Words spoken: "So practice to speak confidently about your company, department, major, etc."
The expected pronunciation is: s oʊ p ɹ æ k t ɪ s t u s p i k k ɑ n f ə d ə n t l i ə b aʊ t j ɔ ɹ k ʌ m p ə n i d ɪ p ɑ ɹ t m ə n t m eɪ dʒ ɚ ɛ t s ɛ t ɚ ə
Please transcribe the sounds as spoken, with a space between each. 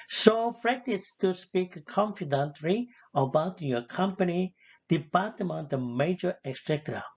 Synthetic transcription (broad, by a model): s oʊ f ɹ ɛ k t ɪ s t u s p i k k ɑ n f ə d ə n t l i ə b aʊ t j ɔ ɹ k ʌ m p ə n i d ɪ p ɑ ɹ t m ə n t m eɪ dʒ ɚ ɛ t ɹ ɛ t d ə